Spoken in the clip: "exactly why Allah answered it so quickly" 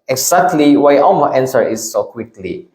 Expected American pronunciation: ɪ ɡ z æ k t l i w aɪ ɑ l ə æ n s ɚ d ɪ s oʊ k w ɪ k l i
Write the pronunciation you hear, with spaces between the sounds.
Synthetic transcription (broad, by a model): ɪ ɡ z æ k t l i w aɪ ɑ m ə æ n s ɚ ɪ s oʊ k w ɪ k l i